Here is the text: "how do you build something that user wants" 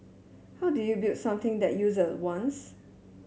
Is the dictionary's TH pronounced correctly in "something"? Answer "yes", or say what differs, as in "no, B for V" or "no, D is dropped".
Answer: no, T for TH